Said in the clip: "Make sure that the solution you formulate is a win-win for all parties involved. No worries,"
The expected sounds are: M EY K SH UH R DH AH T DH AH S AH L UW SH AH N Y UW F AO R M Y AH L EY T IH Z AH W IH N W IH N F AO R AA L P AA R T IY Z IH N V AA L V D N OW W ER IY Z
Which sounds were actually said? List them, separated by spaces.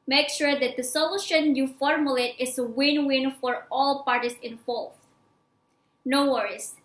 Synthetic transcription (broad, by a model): M EY K SH UH R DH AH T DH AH S AH L UW SH AH N Y UW F AO R M Y AH L EY T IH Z AH W IH N W IH N F AO R AA L P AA R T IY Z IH N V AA L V N OW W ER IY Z